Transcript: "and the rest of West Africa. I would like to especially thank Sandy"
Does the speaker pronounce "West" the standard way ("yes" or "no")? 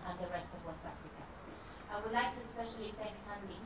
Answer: no